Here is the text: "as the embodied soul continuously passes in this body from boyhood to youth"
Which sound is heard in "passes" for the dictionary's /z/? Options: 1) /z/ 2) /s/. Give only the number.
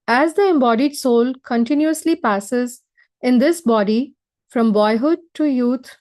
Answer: 1